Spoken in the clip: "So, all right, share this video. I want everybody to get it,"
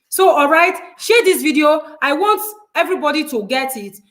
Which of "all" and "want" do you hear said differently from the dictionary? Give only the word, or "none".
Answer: none